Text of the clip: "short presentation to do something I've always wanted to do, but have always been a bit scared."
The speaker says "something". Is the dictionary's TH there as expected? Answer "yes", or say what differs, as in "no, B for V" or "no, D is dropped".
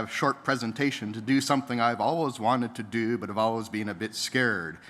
yes